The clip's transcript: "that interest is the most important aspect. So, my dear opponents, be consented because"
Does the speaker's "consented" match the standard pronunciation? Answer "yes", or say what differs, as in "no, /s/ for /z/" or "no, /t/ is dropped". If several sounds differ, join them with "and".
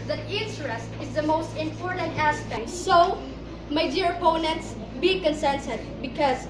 no, /s/ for /t/